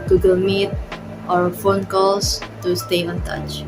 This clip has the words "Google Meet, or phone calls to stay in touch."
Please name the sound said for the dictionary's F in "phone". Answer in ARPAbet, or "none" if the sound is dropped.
F